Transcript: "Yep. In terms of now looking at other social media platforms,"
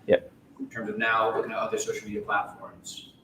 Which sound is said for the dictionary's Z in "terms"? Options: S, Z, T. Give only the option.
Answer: Z